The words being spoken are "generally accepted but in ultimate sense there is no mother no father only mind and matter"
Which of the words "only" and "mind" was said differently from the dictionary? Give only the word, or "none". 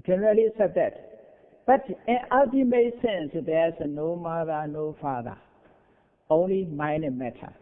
mind